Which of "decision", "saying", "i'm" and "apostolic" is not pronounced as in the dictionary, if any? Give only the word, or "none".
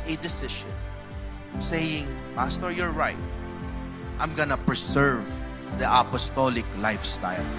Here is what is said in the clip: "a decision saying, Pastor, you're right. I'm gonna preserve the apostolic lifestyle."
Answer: decision